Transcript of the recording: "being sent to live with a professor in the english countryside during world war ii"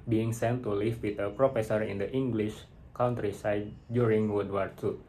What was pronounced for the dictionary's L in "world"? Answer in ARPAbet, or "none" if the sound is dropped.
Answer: none